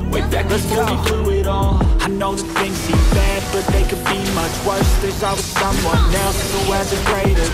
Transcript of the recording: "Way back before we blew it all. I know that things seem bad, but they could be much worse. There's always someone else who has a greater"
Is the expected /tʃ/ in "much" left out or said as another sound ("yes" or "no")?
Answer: no